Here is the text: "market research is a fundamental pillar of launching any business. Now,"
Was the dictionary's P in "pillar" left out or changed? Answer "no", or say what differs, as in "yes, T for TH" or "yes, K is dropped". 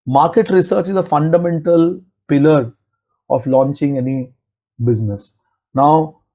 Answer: no